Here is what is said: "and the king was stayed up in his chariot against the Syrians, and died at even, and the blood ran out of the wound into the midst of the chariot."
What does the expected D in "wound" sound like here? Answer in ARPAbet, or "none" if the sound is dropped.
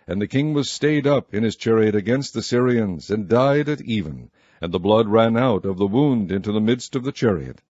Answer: D